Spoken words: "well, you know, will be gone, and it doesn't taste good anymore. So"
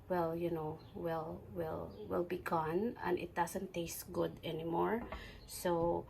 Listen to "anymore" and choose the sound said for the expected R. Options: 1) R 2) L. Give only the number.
1